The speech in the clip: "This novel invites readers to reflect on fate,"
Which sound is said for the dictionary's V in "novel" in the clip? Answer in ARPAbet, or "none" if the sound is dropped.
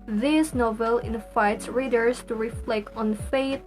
V